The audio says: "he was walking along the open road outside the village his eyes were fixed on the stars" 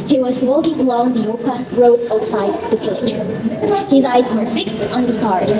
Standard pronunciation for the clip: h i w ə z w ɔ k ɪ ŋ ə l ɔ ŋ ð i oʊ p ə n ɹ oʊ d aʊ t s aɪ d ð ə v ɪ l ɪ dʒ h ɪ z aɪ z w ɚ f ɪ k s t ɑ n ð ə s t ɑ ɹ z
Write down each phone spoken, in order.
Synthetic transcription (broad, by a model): h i w ə z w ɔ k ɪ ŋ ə l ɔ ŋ ð i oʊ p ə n ɹ oʊ d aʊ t s aɪ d ð ə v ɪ l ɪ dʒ h ɪ z aɪ z w ɚ f ɪ k s t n ð ə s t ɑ ɹ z